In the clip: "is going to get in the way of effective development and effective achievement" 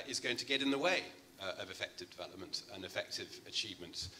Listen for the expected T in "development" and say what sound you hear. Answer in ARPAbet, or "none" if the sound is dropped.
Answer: T